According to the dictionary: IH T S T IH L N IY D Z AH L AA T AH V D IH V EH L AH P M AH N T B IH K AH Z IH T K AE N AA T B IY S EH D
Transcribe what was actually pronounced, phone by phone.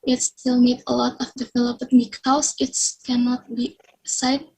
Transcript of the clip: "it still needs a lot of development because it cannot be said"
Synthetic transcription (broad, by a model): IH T S T IH L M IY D AH L AA T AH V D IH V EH L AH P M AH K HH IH AH S IH T K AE N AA T B IY S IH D